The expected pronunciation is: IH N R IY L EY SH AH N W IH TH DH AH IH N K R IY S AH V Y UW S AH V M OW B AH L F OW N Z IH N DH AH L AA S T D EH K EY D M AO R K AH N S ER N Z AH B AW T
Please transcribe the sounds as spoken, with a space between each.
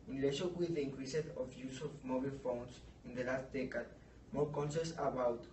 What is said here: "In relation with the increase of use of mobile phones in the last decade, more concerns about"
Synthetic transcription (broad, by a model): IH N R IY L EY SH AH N W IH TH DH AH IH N K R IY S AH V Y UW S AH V M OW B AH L F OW N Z IH N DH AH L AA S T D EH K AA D M AO R K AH N SH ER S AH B AW T